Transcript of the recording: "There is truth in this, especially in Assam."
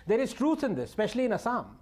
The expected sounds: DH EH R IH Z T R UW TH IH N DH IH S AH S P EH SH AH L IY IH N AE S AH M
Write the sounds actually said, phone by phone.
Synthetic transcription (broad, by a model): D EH R IH Z T R UW S IH N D IH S S P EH SH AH L IY IH N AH S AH M